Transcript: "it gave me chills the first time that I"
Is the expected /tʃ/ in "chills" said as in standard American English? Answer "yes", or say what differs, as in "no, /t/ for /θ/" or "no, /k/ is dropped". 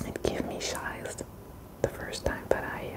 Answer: no, /ʃ/ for /tʃ/